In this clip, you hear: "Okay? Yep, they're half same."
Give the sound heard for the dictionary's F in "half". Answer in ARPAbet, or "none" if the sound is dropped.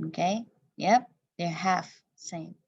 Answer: F